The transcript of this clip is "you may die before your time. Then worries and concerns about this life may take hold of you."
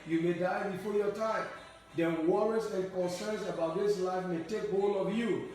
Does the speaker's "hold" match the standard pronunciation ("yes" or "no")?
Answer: no